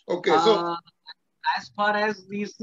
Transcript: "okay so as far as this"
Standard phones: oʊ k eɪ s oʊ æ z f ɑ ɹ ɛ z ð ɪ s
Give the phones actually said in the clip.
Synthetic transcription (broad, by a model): oʊ k eɪ s oʊ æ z p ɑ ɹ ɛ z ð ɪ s